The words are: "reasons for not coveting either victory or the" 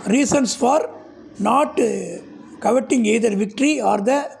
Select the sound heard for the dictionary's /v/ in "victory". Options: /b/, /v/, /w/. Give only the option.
/v/